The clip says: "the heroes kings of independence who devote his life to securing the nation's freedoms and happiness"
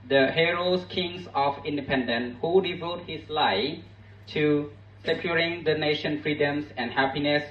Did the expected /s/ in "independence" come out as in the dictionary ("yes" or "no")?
no